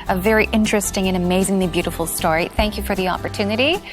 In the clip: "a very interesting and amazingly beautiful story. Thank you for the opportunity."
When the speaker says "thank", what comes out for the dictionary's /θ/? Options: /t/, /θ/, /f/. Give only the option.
/θ/